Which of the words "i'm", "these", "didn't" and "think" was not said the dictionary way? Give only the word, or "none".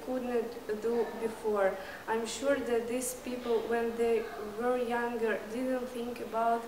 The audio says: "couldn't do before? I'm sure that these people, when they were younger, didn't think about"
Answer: these